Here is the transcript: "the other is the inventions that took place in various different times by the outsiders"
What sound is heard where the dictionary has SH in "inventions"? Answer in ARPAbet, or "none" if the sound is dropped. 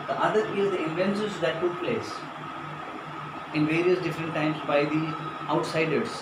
S